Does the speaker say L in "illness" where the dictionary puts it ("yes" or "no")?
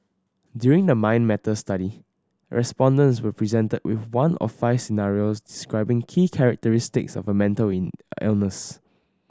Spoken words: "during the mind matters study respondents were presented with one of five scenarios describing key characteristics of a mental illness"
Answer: yes